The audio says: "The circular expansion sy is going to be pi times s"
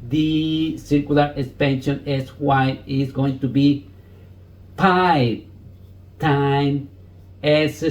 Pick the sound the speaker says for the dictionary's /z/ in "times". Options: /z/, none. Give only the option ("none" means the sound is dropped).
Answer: none